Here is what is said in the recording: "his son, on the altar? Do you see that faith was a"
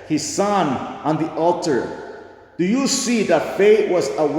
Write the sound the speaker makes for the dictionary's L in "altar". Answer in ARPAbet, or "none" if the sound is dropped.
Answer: L